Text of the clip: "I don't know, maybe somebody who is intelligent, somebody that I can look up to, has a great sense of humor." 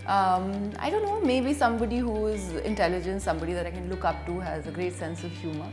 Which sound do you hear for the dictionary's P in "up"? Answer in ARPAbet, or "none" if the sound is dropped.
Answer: P